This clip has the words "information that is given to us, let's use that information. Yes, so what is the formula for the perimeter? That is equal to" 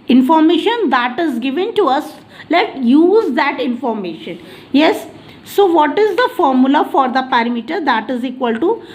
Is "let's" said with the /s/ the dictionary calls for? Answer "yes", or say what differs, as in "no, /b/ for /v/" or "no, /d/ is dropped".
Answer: no, /s/ is dropped